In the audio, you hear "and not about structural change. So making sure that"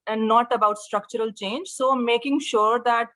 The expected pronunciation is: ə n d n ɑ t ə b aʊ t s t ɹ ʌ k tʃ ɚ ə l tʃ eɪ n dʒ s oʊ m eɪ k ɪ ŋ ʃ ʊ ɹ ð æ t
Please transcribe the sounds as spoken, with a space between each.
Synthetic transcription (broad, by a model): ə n d n ɑ t ə b aʊ t s t ɹ ʌ k tʃ ɚ ə l tʃ eɪ n dʒ s oʊ m eɪ k ɪ ŋ ʃ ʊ ɹ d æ t